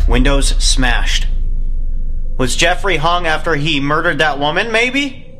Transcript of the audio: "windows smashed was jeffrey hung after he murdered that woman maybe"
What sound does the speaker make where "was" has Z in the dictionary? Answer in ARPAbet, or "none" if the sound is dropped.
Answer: Z